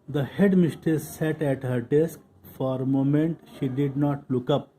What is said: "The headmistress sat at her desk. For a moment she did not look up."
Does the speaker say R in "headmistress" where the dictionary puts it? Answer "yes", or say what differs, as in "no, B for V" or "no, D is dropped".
no, R is dropped